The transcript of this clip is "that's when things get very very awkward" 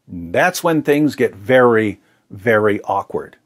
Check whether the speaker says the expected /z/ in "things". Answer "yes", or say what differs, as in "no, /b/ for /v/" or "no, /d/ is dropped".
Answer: yes